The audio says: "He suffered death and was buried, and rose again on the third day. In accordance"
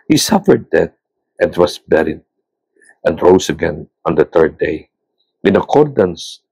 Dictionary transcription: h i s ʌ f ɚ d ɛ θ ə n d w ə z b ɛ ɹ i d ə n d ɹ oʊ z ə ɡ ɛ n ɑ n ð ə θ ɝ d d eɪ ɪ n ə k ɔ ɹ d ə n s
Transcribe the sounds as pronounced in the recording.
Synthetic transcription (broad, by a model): h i s ʌ f ɚ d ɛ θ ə n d w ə s b ɛ ɹ i d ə n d ɹ oʊ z ə ɡ ɛ n ɑ n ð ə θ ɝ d d eɪ ɪ n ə k ɔ ɹ d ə n s